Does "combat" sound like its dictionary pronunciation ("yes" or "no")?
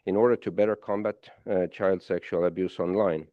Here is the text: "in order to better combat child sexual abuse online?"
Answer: yes